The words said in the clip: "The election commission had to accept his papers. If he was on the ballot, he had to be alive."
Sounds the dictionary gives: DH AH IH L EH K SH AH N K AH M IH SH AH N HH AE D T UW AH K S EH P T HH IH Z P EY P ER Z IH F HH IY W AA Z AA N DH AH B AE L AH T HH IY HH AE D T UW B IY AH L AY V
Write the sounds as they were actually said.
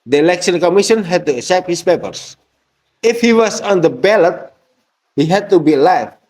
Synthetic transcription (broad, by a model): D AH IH L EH K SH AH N K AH M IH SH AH N HH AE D T UW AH S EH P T HH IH S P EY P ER S IH F HH IY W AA S AA N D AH B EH L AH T HH IY HH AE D T UW B IY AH L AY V